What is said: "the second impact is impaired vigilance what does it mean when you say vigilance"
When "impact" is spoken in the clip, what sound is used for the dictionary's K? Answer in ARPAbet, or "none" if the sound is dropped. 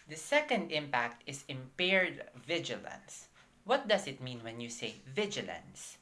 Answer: K